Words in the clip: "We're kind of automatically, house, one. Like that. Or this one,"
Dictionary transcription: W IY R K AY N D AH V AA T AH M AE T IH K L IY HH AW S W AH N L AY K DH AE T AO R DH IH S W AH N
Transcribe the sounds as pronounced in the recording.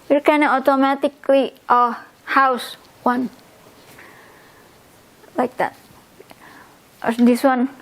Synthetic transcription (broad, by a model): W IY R K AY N AH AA T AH M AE T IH K L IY HH AW S W AH N L AY K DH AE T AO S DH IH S W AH N